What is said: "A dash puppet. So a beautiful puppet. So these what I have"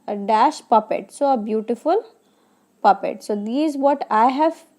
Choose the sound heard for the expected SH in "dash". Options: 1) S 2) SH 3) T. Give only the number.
2